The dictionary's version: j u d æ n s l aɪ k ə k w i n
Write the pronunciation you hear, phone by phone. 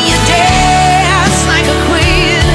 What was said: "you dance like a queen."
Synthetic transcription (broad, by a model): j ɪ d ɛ s l aɪ k ə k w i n